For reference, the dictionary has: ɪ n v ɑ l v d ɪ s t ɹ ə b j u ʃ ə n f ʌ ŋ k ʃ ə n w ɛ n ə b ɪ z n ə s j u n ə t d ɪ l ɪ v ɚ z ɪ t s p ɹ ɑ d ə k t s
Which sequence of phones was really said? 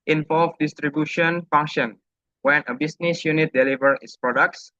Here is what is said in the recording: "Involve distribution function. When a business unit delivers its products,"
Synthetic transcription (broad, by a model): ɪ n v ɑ l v d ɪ s t ɹ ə b j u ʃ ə n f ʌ ŋ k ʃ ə n w ɛ n ə b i s n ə s j u n ə t d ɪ l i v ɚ ɪ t s p ɹ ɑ d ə k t s